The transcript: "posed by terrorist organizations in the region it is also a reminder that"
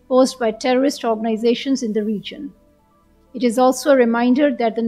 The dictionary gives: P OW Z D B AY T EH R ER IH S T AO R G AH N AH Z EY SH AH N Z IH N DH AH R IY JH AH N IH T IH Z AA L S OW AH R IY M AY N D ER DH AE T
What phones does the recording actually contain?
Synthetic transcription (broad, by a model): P OW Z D B AY T EH R ER IH S T AO R G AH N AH Z EY SH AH N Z IH N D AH R IY JH AH N IH T IH Z AA L S OW AH R IY M AY N D ER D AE T